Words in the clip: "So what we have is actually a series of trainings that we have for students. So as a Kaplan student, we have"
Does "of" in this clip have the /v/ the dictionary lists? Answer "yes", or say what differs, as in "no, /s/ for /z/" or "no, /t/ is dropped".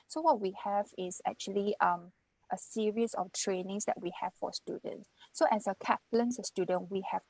no, /f/ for /v/